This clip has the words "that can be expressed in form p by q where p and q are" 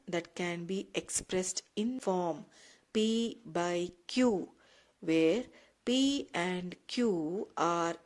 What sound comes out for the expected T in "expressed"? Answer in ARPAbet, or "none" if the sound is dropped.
T